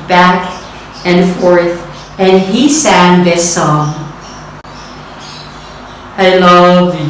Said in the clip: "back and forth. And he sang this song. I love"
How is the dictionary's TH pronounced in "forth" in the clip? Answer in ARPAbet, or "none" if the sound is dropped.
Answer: TH